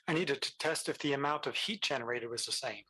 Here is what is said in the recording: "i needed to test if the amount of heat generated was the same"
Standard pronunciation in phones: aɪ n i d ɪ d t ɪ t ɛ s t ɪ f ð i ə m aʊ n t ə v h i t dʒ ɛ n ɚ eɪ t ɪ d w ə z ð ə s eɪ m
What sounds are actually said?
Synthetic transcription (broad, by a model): aɪ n i d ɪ d t ɪ t ɛ s t ɪ f ð i ə m aʊ n t ə v h i t dʒ ɛ n ɚ eɪ t ɪ d w ə z ð ə s eɪ m